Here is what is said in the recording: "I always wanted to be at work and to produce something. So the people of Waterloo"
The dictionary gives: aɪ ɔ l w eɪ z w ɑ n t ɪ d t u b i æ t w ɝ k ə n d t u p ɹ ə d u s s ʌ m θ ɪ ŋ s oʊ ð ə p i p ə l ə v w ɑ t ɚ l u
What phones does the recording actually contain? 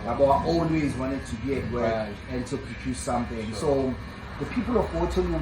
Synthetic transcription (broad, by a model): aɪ ɔ l w eɪ z w ɑ n t ɪ d t u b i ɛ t w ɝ ə n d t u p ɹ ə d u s s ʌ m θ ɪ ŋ s oʊ ð ə p i p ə l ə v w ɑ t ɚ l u